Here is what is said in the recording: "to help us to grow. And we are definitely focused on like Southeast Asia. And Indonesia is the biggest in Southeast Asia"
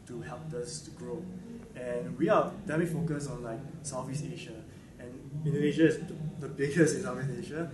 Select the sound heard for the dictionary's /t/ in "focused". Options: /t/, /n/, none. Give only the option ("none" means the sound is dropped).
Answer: none